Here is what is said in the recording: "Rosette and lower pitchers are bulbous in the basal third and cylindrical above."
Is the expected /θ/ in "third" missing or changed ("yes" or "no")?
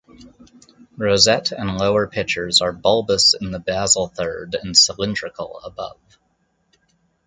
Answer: no